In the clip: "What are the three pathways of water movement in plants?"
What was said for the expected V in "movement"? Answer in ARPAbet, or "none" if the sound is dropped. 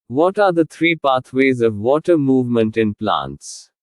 V